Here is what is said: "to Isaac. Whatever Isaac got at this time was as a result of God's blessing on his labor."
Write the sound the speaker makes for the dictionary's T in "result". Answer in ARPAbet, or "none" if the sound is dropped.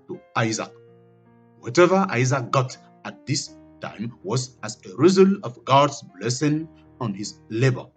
none